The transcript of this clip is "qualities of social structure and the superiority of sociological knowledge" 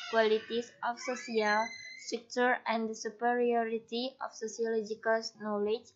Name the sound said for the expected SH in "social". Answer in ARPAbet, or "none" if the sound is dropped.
S